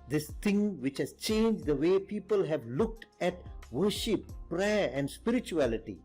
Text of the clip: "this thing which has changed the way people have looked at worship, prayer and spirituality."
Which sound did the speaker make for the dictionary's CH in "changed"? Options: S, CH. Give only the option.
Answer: CH